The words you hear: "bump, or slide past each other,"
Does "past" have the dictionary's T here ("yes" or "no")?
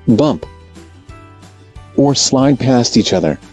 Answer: yes